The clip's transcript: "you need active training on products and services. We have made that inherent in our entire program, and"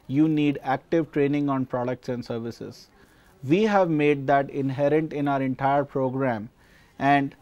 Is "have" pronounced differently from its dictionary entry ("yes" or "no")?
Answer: no